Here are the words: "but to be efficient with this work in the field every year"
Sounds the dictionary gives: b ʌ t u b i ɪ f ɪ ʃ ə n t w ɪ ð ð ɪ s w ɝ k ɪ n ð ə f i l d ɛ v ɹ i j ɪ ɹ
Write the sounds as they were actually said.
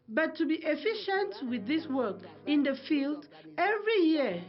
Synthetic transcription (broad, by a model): b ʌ t u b i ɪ f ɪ ʃ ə n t w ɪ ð ð ɪ s w ɝ k ɪ n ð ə f i l d ɛ v ɹ i j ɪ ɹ